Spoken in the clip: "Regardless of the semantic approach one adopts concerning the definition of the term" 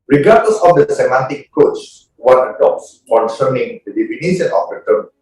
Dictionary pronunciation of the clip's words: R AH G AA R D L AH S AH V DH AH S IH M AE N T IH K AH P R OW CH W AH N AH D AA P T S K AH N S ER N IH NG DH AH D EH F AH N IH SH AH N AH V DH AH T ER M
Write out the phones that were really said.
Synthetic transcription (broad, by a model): R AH G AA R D L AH S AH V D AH S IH M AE N T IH K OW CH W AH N AH D AA P T S K AH N S ER N IH NG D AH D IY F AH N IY S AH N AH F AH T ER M